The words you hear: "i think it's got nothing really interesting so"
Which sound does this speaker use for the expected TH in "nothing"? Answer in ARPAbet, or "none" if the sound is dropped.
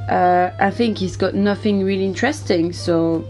TH